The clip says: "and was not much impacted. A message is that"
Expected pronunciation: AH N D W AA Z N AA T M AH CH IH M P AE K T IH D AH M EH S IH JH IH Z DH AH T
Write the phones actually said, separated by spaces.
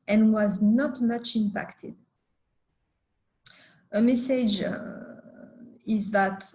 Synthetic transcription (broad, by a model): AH N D W AA Z N AA T M AH CH IH M P AE K T IH D AH M EH S IH JH IH Z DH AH T